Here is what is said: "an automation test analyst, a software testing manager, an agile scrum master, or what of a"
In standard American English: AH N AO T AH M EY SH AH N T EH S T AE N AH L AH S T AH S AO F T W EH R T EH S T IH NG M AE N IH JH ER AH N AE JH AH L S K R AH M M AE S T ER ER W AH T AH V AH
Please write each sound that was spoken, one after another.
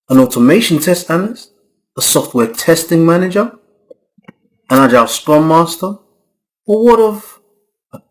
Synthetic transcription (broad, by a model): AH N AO T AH M EY SH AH N T EH S T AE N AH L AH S AH S AO F T W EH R T EH S T IH NG M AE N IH JH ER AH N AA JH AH S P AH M M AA S T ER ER W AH T AH V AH